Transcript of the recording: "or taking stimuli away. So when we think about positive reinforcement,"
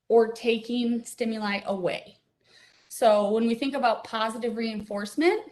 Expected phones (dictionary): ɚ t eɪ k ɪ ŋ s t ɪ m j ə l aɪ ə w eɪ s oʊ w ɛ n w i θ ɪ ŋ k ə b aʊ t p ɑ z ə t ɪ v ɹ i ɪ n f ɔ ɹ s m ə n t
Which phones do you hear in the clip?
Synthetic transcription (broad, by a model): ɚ t eɪ k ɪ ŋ s t ɪ m j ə l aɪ ə w eɪ s oʊ w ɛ n w i θ ɪ ŋ k ə b aʊ t p ɑ z ə t ɪ v ɹ i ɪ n f ɔ ɹ s m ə n t